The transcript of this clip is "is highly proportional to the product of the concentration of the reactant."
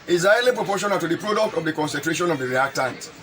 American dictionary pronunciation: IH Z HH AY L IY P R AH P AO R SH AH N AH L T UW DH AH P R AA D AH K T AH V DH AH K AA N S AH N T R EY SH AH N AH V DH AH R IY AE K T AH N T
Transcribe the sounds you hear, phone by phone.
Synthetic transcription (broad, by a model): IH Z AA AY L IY P R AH P AO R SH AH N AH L T UW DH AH P R AA D AH K T AH V DH AH K AA N S AH N T R EY SH AH N AH V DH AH R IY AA K T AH N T